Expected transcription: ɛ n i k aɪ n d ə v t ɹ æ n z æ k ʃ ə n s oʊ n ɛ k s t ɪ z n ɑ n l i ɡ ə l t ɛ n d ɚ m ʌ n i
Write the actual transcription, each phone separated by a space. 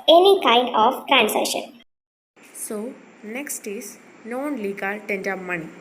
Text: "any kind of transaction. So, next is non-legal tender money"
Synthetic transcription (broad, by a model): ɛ n i k aɪ n d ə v t ɹ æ n s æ ʃ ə n s oʊ n ɛ k s t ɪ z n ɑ n l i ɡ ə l t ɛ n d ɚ m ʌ n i